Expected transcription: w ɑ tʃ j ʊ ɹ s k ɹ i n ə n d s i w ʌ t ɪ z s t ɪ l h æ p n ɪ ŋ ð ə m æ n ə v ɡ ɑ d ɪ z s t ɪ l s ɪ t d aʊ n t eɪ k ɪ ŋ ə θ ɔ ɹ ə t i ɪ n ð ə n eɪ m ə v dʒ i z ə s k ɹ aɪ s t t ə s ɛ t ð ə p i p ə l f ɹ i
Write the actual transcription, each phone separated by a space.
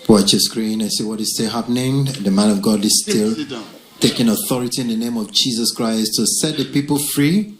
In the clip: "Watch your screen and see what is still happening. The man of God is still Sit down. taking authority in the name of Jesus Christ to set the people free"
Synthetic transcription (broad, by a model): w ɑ tʃ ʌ s k ɹ i n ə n s i w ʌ t ɪ z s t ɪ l h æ p n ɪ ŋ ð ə m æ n ə v ɡ ɑ d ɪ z s t ɪ l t t eɪ k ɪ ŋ ə θ ɔ ɹ ə t i ɪ n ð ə n eɪ m ə v dʒ i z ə s k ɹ aɪ s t t ə s ɛ t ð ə p i p ə l f ɹ i